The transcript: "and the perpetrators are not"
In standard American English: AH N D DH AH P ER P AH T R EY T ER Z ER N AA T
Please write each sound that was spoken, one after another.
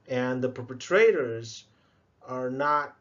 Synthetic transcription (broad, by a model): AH N DH AH P ER P AH T R EY T ER Z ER N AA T